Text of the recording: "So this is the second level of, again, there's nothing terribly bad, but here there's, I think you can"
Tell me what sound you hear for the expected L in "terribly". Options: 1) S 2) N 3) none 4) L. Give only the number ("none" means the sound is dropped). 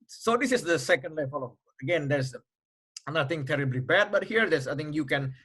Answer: 4